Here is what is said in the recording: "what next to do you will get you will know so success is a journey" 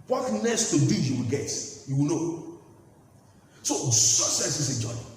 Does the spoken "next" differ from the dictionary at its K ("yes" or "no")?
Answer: yes